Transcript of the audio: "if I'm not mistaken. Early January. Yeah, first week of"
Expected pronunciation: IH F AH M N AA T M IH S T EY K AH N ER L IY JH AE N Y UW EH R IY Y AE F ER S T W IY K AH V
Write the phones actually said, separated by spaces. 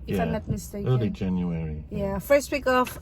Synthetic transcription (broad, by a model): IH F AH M L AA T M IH S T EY AH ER L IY JH AE N Y UW EH R IY Y AE F ER S T W IY K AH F